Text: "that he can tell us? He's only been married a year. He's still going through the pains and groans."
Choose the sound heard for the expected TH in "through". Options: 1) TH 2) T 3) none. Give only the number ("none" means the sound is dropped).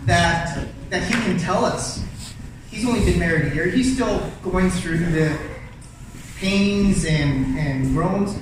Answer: 1